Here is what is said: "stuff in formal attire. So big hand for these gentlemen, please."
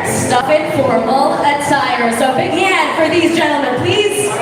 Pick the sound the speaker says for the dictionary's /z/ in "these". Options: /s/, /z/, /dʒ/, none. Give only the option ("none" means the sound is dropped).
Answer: /z/